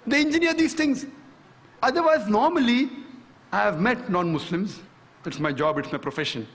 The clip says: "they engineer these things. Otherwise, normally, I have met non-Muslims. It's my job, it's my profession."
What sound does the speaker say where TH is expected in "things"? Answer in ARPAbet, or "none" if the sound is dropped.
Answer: T